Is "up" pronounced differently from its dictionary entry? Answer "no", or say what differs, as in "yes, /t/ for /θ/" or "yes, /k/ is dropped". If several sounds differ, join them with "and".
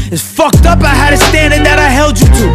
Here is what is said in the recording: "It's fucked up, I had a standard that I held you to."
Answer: no